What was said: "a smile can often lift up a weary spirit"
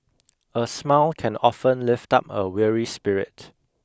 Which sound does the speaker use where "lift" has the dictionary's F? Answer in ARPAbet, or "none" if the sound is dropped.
F